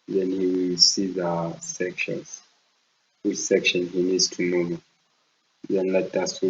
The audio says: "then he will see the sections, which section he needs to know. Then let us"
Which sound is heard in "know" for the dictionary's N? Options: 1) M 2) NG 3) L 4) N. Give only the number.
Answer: 3